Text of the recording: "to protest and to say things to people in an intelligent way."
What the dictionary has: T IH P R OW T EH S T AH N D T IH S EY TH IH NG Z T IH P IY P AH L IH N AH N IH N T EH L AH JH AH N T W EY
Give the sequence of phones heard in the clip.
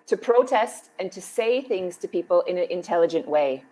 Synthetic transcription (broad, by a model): T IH P R OW T EH S T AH N T IH S EY TH IH NG Z T IH P IY P AH L IH N AH N IH N T EH L AH JH AH N T W EY